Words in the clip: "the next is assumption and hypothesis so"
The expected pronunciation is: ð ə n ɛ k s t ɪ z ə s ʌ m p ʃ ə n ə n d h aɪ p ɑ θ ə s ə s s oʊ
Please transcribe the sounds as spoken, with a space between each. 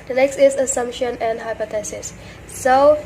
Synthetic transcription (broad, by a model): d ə n ɛ k s t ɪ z ə s ʌ m p ʃ ə n ə n d h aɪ p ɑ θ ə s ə s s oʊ